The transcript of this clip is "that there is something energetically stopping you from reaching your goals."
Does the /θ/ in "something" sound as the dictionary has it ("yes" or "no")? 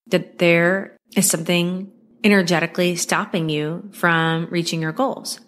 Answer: yes